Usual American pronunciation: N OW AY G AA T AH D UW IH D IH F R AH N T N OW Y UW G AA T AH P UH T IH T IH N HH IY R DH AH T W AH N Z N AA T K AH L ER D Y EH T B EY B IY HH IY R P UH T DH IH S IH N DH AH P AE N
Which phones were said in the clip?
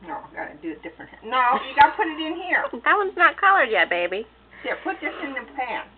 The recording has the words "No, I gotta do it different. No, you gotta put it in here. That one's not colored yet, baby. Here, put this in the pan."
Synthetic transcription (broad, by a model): N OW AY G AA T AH D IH IH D IH F R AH N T N OW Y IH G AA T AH P UH T IH T IH N HH IY R DH AH T W AH N Z N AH T K AH L ER D Y EH T B EY B IY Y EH P UH T DH IH S IH N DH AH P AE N